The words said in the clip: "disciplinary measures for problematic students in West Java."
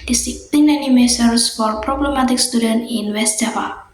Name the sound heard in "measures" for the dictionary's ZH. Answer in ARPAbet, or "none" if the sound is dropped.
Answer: S